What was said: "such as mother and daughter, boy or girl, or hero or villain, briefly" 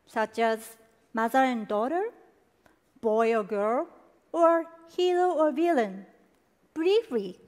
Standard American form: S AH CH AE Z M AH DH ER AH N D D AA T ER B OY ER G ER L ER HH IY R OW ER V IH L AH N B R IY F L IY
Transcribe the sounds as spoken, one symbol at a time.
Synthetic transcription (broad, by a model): S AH CH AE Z M AH DH ER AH N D D AA T ER B OY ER G ER L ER HH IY L OW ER V IH L AH N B R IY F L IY